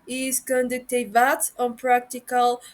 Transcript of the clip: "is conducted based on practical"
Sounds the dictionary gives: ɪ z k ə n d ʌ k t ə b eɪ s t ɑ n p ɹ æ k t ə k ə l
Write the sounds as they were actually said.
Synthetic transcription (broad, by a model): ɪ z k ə n d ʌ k t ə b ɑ t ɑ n p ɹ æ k t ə k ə l